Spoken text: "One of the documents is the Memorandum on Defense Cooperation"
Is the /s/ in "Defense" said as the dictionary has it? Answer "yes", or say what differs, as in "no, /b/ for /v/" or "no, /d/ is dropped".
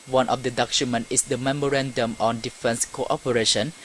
yes